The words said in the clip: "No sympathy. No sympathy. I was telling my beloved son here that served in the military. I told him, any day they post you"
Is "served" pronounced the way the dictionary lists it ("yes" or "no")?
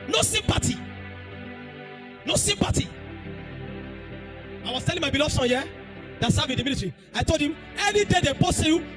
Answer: no